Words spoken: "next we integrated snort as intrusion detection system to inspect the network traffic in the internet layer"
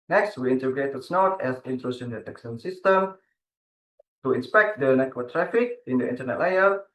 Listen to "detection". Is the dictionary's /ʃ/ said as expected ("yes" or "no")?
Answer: no